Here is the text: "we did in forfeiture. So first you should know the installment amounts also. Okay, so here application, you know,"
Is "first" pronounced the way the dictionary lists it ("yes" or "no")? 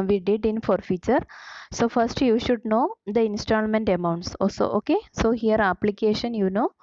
yes